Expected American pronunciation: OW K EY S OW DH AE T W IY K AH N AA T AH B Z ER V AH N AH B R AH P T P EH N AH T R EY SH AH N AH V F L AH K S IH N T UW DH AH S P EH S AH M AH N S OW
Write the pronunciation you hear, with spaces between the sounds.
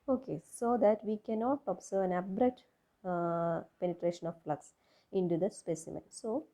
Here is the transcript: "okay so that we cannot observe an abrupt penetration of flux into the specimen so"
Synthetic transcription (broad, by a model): OW K EY S OW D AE T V IY K AH N AA T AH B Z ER V AH N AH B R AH T P EH N AH T R EY SH AH N AH V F L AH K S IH N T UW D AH S P EH S AH M AH N S OW